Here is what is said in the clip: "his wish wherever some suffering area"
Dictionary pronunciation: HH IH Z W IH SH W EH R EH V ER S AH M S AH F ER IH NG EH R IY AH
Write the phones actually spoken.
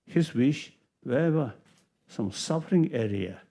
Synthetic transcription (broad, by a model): HH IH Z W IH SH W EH EH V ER S AH M S AH F ER IH NG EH R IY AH